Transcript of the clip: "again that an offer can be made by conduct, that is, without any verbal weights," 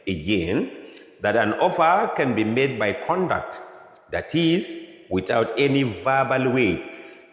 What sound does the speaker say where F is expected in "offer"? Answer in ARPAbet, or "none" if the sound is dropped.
F